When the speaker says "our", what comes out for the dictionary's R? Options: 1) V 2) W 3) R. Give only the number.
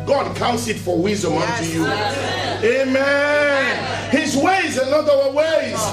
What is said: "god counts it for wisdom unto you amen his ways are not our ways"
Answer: 2